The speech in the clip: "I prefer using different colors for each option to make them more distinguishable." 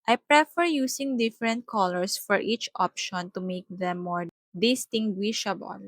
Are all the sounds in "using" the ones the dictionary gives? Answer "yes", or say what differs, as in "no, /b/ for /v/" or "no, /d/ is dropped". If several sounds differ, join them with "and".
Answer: no, /s/ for /z/